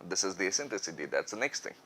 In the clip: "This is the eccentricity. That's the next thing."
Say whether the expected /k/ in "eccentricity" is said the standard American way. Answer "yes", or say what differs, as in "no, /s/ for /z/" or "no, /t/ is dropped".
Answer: no, /k/ is dropped